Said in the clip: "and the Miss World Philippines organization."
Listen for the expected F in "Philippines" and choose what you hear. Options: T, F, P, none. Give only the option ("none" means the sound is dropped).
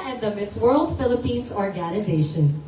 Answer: F